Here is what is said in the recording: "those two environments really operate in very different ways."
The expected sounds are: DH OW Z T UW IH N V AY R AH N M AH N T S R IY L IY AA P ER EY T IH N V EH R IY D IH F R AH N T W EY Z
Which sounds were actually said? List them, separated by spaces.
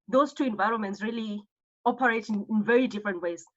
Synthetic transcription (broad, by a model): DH OW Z T UW IH N V AY R AH N M AH N T S R IY L IY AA P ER EY T IH N V EH R IY D IH F R AH N T W EY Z